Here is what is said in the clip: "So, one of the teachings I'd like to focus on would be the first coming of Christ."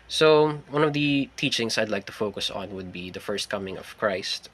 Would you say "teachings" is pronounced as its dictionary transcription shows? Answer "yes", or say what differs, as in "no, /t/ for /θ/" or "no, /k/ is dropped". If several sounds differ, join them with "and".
no, /s/ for /z/